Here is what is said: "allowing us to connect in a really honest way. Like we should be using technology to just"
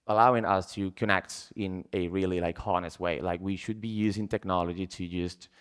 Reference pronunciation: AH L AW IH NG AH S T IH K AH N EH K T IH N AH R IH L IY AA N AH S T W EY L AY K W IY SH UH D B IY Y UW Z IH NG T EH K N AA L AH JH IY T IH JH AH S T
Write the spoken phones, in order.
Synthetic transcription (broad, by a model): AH L AW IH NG AH S T IH K AH N EH K T IH N AH R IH L IY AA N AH S T W EY L AY K W IY SH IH D B IY Y UW Z IH NG T EH K N AA L AH JH IY T IH JH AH S T